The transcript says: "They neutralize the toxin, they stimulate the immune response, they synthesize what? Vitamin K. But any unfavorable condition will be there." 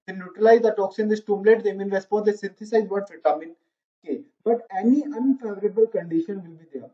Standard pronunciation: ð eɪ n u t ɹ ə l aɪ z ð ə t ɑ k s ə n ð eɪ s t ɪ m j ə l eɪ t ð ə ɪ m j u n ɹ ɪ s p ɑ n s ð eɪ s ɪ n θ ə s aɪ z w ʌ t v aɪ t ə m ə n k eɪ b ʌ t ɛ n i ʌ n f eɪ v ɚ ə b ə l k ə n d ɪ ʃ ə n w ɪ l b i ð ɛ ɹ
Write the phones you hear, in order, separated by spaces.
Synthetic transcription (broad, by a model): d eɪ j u t ɹ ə l aɪ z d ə t ɑ k s ə n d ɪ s t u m l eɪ t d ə m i n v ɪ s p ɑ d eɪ s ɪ n t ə s aɪ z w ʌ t f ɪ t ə m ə n k eɪ b ʌ t ɛ n i ʌ n f eɪ v ɚ ə b ə l k ə n d ɪ ʃ ə n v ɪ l b i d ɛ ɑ